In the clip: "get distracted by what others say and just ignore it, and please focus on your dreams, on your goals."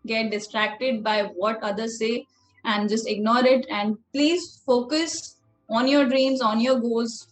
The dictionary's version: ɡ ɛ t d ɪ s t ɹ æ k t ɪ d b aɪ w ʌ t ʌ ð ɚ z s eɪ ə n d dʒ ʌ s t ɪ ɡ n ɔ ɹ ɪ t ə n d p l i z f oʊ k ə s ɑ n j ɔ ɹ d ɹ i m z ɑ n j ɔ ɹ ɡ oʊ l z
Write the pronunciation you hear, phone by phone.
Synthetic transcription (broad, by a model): ɡ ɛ t d ɪ s t ɹ æ k t ɪ d b aɪ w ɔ t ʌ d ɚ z s eɪ ə n d dʒ ʌ s t ɪ ɡ n ɔ ɹ ɪ t ə n d p l i z f oʊ k ə s ɑ n j ɔ ɹ d ɹ i m z ɑ n j ɔ ɹ ɡ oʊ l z